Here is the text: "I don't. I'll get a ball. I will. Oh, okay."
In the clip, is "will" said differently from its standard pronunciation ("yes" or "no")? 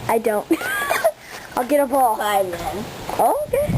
yes